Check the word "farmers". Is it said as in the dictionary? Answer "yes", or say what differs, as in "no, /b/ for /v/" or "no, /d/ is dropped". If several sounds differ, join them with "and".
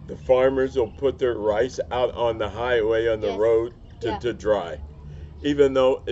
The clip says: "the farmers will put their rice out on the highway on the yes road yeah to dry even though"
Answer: yes